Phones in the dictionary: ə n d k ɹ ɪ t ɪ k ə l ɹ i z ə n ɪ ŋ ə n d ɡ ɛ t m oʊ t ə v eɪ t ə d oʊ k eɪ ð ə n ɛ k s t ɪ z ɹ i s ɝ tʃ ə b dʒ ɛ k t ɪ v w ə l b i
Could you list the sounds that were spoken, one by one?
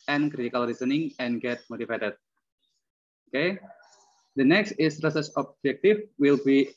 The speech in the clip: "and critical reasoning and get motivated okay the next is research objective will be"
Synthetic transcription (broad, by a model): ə n k ɹ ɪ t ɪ k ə l ɹ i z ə n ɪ ŋ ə n ɡ ɛ t m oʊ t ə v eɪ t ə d oʊ k eɪ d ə n ɛ k s t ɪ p ɹ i s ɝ s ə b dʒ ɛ k t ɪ f w ə l b i